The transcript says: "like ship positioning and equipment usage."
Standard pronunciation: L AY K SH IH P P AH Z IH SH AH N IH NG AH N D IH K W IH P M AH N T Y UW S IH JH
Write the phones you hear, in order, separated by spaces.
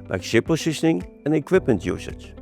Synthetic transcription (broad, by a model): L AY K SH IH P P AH S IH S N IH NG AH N IH K W IH P M AH N T Y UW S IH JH